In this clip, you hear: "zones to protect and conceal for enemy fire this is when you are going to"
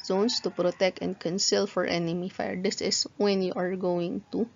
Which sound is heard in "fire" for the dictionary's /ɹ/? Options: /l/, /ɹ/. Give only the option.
/ɹ/